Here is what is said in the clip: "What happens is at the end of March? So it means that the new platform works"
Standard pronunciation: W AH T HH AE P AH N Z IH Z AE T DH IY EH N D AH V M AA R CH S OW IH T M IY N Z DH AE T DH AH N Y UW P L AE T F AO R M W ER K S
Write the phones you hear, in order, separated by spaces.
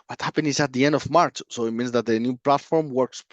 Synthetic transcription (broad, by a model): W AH T HH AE P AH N IH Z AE T DH IY EH N D AH V M AA R CH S OW IH T M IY N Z DH AE T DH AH N Y UW P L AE T F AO R M W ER K S